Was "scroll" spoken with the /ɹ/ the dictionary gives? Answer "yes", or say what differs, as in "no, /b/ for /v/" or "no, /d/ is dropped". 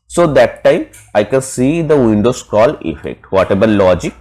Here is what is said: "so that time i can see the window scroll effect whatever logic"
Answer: no, /ɹ/ is dropped